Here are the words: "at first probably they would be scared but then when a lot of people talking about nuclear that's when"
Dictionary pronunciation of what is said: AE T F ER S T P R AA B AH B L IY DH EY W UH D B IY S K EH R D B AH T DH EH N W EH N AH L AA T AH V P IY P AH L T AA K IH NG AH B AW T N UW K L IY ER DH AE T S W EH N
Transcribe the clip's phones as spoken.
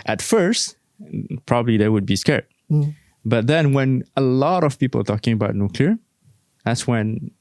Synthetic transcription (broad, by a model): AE T F ER S T P R AA B AH B L IY DH EY W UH D B IY S K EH R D B AH T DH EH N W EH N AH L AA T AH V P IY P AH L T AA K IH NG AH B AW T N UW K L IY ER DH AE T S W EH N